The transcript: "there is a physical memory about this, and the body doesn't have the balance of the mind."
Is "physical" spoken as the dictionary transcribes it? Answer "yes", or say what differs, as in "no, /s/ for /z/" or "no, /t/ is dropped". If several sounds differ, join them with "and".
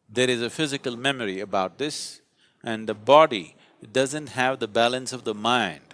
yes